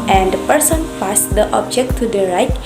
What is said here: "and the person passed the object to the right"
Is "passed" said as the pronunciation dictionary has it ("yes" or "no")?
no